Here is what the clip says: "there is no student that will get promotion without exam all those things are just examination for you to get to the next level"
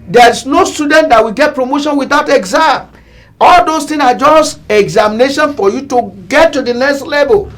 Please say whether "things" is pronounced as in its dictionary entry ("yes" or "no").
no